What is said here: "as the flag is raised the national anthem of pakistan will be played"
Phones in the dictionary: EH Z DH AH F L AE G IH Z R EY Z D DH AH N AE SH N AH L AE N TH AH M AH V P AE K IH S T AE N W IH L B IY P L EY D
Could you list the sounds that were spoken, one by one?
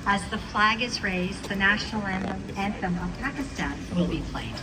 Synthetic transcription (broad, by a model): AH Z DH AH F L AE G IH Z R EY Z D DH AH N AE SH N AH N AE N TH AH M AH V P AE K IH S T AE N W IH L B IY P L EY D